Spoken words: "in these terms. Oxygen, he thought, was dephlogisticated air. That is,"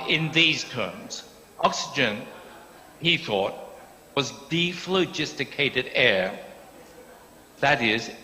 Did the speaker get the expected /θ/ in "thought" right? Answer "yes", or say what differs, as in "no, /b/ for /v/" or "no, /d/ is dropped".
yes